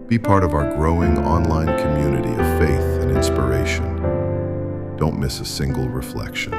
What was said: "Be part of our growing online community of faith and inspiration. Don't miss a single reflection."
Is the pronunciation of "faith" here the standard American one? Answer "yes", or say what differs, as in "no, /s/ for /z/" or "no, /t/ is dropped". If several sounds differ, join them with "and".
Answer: yes